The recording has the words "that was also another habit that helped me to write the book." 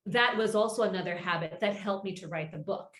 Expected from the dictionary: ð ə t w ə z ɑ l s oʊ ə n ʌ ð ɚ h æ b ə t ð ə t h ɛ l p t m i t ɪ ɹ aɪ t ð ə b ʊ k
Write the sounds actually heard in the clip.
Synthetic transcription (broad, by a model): ð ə t w ə z ɑ l s oʊ ə n ʌ ð ɚ h æ b ə t ð ə t h ɛ l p m i t ɪ ɹ aɪ t ð ə b ʊ k